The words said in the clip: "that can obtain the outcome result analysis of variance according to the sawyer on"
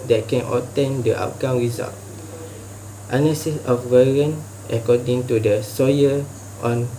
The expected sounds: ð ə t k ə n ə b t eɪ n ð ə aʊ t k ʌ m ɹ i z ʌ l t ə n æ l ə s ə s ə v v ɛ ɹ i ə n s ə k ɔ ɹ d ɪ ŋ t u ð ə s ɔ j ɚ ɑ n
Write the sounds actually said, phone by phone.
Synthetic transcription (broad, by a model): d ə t k ə n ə t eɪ n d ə aʊ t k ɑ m ɹ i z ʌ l t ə n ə s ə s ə f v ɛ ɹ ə n ə k ɔ d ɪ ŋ t u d ə s ɔ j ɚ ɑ n